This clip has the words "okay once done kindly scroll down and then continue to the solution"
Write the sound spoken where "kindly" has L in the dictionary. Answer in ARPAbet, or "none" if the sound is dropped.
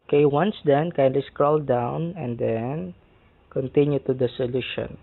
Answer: L